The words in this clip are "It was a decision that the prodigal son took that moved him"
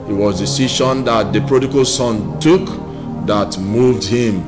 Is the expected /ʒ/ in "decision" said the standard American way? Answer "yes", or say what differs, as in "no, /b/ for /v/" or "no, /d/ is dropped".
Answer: no, /ʃ/ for /ʒ/